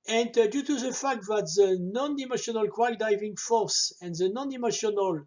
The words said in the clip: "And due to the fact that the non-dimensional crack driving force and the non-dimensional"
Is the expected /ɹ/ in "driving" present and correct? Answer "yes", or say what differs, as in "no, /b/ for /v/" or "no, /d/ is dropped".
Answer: no, /ɹ/ is dropped